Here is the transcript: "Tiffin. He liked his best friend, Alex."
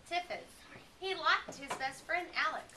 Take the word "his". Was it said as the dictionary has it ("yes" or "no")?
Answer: yes